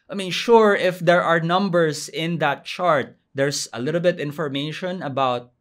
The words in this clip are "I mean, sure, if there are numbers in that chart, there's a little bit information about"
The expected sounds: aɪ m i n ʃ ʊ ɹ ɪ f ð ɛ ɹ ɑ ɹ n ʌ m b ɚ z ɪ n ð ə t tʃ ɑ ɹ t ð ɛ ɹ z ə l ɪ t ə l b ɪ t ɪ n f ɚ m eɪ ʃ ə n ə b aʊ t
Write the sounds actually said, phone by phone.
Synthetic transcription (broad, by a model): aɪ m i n ʃ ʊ ɹ ɪ f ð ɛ ɹ ɑ ɹ n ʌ m b ɚ s ɪ n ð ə t tʃ ɑ ɹ t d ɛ ɹ s ə l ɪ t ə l b ɪ t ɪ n f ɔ m eɪ ʃ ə n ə b aʊ t